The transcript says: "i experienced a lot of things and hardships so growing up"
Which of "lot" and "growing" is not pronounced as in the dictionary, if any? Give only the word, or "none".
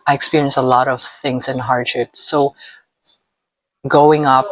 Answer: growing